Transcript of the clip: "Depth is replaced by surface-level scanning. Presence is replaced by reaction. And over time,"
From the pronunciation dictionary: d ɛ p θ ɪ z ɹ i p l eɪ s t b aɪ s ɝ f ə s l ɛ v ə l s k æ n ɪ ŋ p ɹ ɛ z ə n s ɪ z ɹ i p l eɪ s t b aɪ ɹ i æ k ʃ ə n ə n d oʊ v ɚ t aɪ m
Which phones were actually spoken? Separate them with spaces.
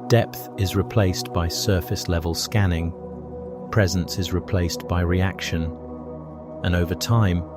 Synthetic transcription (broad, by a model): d ɛ p θ ɪ z ɹ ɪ p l eɪ s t b aɪ s ɝ f ə s l ɛ v ə l s k æ n ɪ ŋ p ɹ ɛ z ə n s ɪ z ɹ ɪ p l eɪ s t b aɪ ɹ i æ k ʃ ə n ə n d oʊ v ɚ t aɪ m